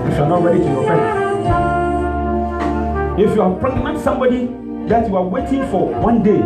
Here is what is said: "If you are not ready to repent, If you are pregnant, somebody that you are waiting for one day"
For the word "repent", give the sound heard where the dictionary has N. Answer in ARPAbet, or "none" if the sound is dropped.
none